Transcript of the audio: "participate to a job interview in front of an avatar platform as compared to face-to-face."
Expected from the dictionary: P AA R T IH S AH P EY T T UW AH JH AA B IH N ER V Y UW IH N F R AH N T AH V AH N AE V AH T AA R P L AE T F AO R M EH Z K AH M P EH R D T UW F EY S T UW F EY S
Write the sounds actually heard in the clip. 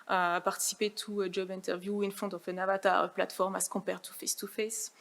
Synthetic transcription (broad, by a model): P AA R T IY S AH P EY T T UW AH JH AA B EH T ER V Y UW IH N F AO T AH F AH N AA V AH T AA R P L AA T F AO R M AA S K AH P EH R T UW F EY S T UW F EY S